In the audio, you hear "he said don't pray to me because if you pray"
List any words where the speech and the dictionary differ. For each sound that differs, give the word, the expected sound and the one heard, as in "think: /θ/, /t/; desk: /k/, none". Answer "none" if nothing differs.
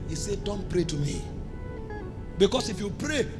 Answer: because: /z/, /s/